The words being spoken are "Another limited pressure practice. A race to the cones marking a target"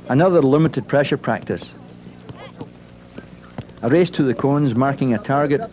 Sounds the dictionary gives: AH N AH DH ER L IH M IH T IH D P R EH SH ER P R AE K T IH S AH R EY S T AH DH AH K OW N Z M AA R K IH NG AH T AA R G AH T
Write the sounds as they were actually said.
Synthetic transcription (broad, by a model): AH N AH DH ER L IH M IH T IH D P R EH SH ER P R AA K T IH S AH R EY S T AH DH AH K OW N Z M AA R K IH NG AH T AA R G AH T